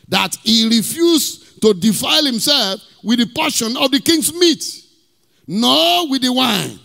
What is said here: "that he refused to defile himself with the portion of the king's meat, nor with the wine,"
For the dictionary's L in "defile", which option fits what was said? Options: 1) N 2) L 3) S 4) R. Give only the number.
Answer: 2